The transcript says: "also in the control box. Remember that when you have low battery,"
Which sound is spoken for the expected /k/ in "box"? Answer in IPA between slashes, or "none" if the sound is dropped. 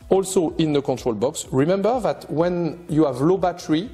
/k/